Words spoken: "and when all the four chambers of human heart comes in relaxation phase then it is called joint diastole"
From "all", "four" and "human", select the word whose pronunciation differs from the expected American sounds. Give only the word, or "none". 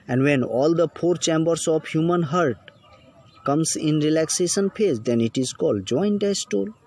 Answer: four